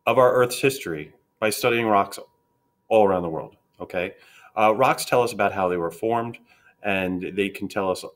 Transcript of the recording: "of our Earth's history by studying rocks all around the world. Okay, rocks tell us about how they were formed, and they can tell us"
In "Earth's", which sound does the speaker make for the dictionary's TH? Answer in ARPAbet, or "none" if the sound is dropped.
TH